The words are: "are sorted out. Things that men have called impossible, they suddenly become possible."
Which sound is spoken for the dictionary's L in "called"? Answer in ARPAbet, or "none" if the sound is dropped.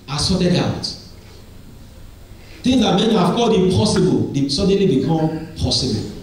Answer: none